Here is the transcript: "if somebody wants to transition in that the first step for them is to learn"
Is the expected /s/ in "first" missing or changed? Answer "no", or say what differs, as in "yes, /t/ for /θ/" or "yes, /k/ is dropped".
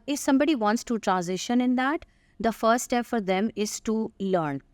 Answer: yes, /s/ is dropped